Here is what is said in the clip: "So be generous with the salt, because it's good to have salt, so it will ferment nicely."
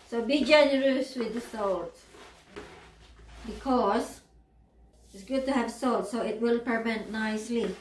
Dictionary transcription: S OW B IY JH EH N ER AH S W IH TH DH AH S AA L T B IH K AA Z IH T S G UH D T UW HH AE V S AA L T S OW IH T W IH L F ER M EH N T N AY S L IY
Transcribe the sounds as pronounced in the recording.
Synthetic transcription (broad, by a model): S OW B IY JH EH N ER AH S W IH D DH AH S AA L T B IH K AA S IH T S G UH D T UW HH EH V S AA L T S OW IH T W IH L P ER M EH N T N AY S L IY